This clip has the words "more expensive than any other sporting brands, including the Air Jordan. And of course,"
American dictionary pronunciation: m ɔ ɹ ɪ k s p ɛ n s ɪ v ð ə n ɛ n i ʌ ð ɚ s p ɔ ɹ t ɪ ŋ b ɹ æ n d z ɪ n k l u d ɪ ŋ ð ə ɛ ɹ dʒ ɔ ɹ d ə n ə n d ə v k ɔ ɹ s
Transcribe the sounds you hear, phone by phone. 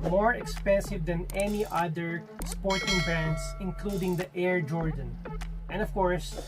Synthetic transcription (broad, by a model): m ɔ ɹ ɪ k s p ɛ n s ɪ v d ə n ɛ n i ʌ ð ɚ s p ɔ ɹ t ɪ ŋ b æ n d s ɪ n k l u d ɪ ŋ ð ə ɛ ɹ dʒ ɔ ɹ d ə n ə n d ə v k ɔ ɹ s